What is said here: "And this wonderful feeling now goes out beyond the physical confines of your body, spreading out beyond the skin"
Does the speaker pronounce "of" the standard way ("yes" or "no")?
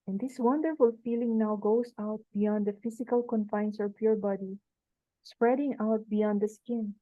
no